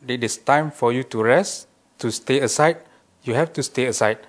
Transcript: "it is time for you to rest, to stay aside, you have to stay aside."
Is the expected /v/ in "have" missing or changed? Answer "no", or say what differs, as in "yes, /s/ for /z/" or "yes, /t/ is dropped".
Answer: yes, /f/ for /v/